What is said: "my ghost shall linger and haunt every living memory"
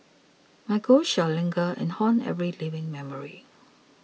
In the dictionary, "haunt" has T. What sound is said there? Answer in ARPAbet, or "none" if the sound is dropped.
none